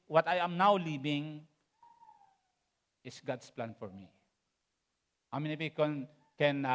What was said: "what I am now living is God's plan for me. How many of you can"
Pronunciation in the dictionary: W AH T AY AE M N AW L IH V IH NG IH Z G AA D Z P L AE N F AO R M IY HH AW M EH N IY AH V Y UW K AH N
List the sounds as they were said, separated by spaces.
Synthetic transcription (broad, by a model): W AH T AY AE M N AW L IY B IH NG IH S G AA D S P L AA N F AO R M IY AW M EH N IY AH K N K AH N